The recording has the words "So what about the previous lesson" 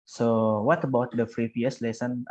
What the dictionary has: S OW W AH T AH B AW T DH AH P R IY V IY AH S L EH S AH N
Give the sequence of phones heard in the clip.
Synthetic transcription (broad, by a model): S OW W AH T AH B AW T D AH F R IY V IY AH S L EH S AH N